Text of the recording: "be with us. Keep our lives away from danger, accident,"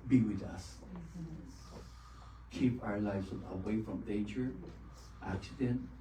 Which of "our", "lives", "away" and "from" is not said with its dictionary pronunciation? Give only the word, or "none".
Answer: none